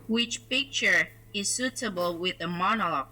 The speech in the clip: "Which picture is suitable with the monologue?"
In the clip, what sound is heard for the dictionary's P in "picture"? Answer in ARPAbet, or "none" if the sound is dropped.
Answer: P